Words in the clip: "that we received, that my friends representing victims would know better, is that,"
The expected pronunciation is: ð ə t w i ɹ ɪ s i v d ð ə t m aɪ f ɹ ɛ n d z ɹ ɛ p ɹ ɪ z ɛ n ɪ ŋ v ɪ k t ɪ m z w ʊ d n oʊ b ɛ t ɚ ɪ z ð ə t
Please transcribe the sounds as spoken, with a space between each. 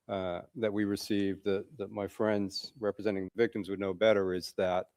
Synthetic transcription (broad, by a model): ð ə t w i ɹ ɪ s i v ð ð ə t m aɪ f ɹ ɛ n d z ɹ ɛ p ɹ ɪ z ɛ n ɪ ŋ v ɪ k t ɪ m z w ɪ d n oʊ b ɛ t ɚ ɪ z ð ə t